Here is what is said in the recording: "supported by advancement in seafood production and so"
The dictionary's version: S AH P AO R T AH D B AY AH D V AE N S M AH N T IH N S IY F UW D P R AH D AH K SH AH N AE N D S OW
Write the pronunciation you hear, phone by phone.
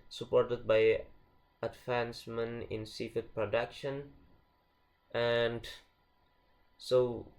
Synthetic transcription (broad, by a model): S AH P AO R T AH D B AY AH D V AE N S M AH N IH N S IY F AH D P R AH D AH K SH AH N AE N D S OW